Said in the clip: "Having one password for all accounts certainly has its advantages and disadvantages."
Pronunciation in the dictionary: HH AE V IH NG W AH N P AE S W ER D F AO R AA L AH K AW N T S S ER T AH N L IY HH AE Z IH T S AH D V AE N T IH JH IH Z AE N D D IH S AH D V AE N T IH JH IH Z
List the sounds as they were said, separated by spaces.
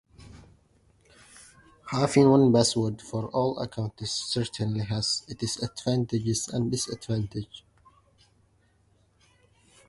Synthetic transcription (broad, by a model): HH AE F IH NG W AH N B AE S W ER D F AO R AA L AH K AW N T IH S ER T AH N L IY HH AE Z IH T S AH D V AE N T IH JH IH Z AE N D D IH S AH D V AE N T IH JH